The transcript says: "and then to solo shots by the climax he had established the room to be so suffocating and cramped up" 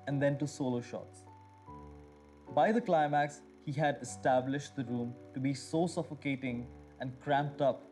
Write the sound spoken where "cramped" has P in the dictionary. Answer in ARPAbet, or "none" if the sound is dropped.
P